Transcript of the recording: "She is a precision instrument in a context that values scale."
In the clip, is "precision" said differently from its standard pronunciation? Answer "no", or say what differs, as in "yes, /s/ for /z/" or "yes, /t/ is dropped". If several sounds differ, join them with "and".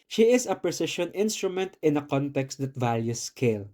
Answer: yes, /ʃ/ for /ʒ/